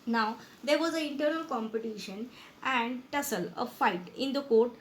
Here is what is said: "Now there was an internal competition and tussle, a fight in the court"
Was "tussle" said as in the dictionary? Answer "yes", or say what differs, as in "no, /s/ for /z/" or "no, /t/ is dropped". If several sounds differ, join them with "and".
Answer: yes